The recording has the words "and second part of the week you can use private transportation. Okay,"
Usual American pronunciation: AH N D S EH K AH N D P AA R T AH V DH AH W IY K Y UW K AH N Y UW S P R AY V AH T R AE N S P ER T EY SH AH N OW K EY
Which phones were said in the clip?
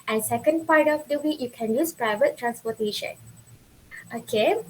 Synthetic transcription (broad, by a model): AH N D S EH K AH N D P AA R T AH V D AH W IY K Y UW K AH N Y UW S P R AY V AH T R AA N S P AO T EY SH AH N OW K EY